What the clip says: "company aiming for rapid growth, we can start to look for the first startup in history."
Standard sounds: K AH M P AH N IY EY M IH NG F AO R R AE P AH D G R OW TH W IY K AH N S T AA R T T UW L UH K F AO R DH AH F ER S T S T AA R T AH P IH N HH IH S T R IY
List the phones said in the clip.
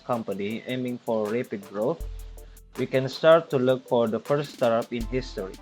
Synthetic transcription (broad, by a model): K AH M P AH N IY EY M IH NG F AO R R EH P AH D G R OW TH W IY K AH N S T AA R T T UW L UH K F AO R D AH F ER T S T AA R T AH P IH N HH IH S T R IY